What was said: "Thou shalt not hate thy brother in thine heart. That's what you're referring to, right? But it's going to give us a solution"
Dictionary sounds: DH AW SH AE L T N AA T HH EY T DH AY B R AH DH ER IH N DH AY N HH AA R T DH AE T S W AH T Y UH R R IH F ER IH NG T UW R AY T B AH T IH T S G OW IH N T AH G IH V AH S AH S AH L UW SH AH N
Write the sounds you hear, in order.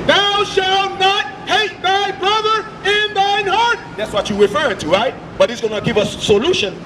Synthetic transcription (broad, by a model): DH AW SH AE L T N AA T HH EY T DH AY B R AH DH ER IH N DH AY N HH AA R T DH AE T S W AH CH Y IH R R IH F ER IH NG T UW R AY T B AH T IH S G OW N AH G IH V AH S S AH L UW SH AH N